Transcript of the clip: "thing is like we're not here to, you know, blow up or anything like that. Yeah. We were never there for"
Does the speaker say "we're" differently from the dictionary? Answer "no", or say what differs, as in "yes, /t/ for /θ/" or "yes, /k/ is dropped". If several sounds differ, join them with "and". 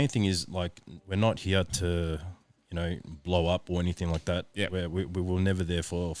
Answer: no